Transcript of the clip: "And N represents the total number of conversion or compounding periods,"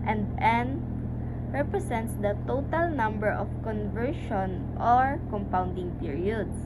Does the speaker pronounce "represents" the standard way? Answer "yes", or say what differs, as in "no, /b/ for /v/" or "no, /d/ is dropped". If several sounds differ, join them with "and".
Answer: no, /s/ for /z/